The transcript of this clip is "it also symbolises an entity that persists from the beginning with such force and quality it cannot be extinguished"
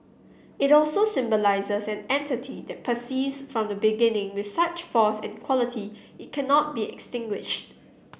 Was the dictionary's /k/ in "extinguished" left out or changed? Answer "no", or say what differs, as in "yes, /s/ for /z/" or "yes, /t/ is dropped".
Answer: no